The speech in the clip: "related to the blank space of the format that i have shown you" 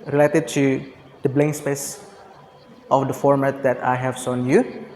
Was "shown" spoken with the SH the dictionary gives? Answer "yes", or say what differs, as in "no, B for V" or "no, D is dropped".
no, S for SH